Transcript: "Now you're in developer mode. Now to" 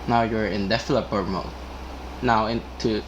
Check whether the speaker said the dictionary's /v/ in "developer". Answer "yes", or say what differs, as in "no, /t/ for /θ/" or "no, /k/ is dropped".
no, /f/ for /v/